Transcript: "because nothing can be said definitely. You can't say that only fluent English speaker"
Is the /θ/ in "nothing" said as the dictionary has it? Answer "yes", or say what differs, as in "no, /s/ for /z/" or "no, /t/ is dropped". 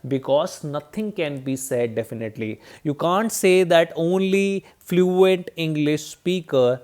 no, /t/ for /θ/